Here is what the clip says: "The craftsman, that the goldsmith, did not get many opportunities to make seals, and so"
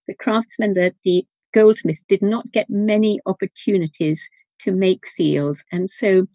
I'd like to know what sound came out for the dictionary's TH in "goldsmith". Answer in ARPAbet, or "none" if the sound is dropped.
TH